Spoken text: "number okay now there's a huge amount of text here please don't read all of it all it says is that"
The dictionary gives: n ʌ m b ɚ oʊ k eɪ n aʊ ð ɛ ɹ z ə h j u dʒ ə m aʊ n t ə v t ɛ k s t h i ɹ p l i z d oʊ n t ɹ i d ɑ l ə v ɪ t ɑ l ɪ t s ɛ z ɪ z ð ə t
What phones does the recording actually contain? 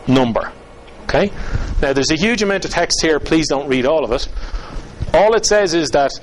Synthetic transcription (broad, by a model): n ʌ m b ɚ oʊ k eɪ n aʊ ð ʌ ɹ z ə h j u dʒ ə m aʊ n t ə v t ɛ k s t h i ɹ p l i z d oʊ n t ɹ i d ɑ l ə v ɪ t ɑ l ɪ t s ɛ z ɪ z ð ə t